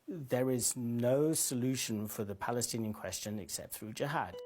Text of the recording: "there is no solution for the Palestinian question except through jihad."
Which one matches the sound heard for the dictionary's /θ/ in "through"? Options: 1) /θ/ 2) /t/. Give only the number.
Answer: 1